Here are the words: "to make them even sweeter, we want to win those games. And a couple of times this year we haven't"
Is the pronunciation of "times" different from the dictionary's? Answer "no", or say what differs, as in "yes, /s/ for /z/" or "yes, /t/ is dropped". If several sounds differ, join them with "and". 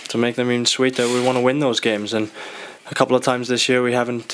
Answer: no